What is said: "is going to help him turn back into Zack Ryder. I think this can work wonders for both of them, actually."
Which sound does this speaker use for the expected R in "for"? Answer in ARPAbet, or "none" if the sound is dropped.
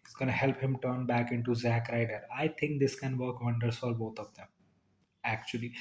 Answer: L